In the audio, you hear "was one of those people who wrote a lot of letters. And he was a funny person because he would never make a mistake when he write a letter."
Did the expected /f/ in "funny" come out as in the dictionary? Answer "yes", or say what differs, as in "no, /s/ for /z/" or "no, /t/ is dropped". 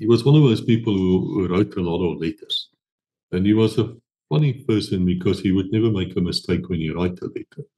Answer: yes